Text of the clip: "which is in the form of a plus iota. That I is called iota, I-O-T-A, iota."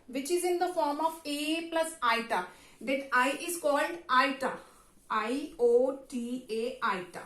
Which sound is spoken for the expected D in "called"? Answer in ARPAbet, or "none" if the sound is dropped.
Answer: D